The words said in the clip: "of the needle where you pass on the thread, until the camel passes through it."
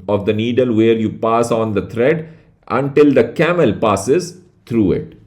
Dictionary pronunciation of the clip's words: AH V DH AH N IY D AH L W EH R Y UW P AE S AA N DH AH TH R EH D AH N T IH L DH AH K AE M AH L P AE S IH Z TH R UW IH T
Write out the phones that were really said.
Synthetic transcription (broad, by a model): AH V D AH N IY D AH L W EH R Y UW P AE S AA N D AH T R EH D AH N T IH L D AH K AE M AH L P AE S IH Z T R UW IH T